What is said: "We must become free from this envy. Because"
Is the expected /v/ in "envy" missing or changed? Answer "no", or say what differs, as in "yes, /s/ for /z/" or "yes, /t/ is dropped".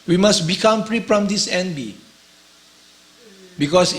yes, /b/ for /v/